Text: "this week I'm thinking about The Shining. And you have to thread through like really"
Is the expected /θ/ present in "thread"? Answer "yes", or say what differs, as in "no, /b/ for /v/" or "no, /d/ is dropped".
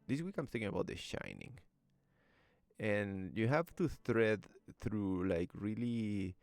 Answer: no, /t/ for /θ/